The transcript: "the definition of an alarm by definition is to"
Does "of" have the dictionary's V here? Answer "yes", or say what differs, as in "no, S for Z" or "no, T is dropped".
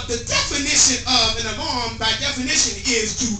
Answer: yes